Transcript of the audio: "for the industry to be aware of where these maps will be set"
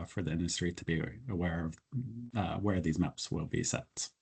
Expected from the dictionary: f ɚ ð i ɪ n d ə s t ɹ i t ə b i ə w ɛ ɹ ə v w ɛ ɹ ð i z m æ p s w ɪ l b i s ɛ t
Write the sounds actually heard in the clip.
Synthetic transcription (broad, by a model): f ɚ ð i ɪ n d ə s t ɹ i t ə b i ə w ɛ ɹ ə v w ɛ ɹ ð i z m æ p s w ɪ l b i s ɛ t